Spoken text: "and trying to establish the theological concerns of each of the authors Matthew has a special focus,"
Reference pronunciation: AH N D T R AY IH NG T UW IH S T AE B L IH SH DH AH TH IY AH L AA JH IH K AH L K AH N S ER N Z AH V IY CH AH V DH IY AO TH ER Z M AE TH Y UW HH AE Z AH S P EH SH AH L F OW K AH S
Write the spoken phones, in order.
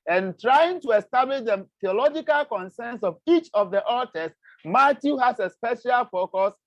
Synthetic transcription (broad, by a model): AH N T R AY IH NG T UW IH S T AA B L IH SH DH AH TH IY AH L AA JH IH K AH L K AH N S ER N S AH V IY CH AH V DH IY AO T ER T M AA T Y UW HH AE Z AH S P EH SH AH L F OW K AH S